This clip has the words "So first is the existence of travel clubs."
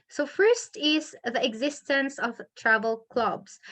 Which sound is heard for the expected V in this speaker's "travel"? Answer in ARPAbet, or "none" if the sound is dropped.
V